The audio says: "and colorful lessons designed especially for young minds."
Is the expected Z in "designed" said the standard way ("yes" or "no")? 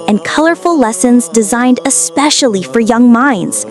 yes